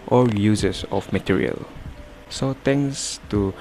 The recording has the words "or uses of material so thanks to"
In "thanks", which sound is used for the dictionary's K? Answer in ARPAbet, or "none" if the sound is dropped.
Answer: none